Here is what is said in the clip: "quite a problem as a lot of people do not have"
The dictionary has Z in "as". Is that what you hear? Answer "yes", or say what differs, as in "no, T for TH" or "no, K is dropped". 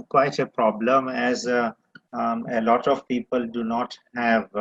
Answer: yes